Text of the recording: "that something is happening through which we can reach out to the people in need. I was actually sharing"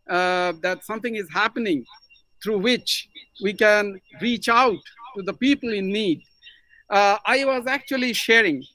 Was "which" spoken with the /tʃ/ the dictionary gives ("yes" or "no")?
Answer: yes